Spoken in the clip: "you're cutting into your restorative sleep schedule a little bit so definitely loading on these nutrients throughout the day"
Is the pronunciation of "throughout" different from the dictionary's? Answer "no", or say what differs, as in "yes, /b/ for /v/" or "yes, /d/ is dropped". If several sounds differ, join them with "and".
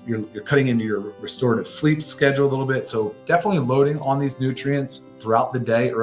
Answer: no